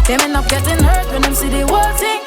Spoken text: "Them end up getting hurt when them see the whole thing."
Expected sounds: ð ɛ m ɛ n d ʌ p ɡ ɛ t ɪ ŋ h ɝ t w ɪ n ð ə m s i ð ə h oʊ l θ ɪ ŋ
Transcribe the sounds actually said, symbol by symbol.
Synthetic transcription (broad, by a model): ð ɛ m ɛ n ʌ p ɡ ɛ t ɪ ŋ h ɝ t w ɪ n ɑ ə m s i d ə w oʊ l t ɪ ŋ